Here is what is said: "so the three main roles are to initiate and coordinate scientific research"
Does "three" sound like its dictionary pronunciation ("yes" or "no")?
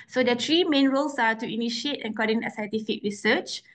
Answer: no